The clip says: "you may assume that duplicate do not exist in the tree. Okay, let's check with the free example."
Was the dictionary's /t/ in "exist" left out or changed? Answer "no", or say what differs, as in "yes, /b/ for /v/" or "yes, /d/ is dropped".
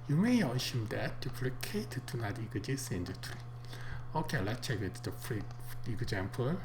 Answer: yes, /t/ is dropped